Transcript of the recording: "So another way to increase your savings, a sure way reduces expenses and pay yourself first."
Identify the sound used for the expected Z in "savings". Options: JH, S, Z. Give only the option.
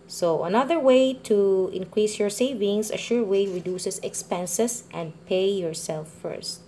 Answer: S